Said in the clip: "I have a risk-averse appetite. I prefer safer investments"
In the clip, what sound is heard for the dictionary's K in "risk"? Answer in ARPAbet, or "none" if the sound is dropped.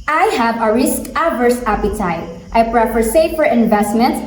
K